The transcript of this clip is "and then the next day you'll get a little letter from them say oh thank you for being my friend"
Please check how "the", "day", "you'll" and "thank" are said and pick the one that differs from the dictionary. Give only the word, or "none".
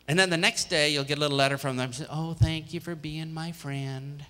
none